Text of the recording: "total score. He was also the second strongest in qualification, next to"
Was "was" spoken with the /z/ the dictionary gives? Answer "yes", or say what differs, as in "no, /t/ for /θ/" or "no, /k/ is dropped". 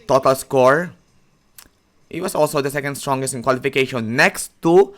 no, /s/ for /z/